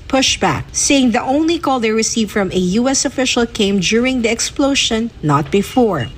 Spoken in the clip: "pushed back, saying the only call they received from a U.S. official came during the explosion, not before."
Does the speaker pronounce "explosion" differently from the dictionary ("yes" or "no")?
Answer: yes